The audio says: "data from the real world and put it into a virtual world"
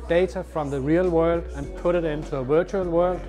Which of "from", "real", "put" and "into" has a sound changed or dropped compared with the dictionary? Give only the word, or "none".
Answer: none